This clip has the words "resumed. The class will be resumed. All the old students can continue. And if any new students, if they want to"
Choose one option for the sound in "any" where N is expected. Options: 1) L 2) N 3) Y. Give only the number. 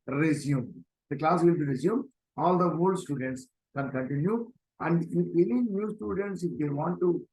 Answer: 1